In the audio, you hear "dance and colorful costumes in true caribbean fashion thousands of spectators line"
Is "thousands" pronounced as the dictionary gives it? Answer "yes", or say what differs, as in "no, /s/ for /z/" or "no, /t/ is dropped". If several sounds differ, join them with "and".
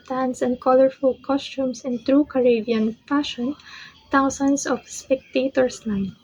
no, /t/ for /θ/ and /s/ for /z/